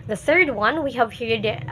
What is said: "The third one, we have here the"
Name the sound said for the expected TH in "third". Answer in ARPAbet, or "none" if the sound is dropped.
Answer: TH